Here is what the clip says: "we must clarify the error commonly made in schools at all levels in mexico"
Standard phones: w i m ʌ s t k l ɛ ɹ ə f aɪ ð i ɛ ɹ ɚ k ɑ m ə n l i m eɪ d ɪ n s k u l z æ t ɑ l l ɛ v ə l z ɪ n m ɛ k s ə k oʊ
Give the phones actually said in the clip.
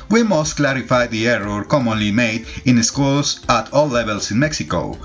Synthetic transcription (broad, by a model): w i m ʌ s t k l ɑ ɹ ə f aɪ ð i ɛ ɹ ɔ k ɑ m ə n l i m eɪ d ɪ n s k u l s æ t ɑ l l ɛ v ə l s ɪ n m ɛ k s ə k oʊ